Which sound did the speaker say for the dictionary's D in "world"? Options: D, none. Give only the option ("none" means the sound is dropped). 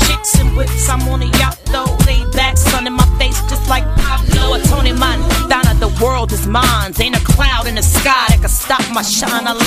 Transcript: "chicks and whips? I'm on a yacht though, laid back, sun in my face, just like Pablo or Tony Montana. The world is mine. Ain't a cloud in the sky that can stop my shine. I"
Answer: D